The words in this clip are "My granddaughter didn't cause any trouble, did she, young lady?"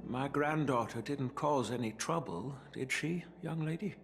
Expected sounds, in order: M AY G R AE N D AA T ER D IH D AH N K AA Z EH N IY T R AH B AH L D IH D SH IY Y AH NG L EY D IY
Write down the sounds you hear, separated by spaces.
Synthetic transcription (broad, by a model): M AY G R AE N D AA T ER D IH D N K AA Z EH N IY T R AH B AH L D IH D SH IY Y AH NG L EY D IY